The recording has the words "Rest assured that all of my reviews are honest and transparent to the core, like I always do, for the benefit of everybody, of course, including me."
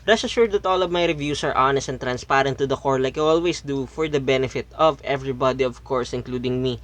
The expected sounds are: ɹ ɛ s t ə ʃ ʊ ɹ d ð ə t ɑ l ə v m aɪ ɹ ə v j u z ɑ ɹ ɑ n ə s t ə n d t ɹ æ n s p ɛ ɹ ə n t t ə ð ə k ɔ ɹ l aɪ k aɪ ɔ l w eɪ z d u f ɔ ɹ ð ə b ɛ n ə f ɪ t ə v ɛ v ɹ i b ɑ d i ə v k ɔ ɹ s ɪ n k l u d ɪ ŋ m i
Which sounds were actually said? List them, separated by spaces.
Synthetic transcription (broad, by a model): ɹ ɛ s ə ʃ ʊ ɹ d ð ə t ɑ l ə v m aɪ ɹ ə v j u s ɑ ɹ ɑ n ə s t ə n t ɹ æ n s p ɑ ɹ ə n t t ə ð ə k ɔ ɹ l aɪ k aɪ ɔ l w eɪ s d u f ɔ ɹ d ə b ɛ n ə f ɪ t ə v ɛ v ɹ i b ɑ d i ə v k ɔ ɹ s ɪ n k l u d ɪ ŋ m i